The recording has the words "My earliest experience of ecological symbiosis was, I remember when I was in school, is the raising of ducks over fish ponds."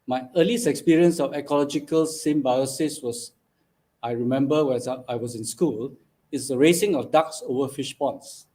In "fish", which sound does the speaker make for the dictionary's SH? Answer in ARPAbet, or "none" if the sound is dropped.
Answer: SH